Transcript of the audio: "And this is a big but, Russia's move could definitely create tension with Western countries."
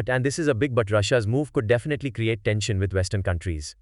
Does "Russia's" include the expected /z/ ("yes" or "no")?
yes